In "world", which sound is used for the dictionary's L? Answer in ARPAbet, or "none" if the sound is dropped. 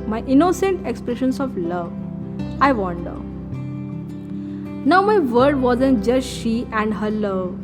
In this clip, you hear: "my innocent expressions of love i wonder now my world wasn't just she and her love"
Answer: none